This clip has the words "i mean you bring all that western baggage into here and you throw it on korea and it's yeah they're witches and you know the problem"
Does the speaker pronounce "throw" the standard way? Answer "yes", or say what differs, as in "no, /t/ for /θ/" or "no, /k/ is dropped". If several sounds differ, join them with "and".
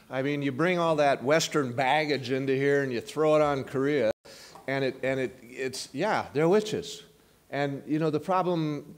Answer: yes